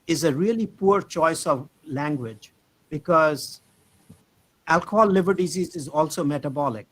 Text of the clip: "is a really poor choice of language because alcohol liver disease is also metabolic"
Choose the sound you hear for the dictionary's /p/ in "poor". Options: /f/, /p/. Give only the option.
/p/